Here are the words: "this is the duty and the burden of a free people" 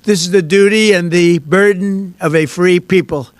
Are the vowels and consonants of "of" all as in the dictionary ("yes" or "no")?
yes